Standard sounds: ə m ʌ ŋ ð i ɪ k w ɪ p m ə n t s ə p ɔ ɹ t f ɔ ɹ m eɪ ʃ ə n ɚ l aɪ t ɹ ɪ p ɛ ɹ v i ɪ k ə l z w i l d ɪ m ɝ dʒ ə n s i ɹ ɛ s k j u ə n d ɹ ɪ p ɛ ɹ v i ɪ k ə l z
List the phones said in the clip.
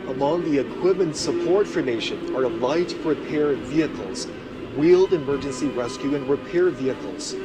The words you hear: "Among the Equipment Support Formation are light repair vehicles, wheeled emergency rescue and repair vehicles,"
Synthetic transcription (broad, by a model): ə m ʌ ŋ ð i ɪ k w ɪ m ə n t s ə p ɔ ɹ t f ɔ ɹ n eɪ ʃ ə n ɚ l aɪ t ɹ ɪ p ɛ ɹ v i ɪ k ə l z w i l d ɪ m ɝ dʒ ə n s i ɹ ɛ s k j u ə n ɹ ɪ p ɛ ɹ v i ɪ k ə l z